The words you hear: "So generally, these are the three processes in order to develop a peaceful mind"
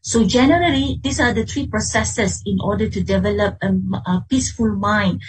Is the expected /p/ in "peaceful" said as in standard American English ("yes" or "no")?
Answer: yes